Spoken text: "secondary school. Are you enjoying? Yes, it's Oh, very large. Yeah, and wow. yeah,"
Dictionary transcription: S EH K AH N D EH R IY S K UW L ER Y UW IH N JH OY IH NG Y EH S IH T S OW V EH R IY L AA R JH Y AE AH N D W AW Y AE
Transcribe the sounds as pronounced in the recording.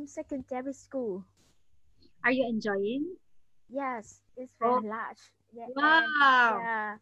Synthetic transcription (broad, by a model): S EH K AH N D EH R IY S K UW L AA Y UW IH N JH OY IH NG Y EH S IH T S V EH IY L AA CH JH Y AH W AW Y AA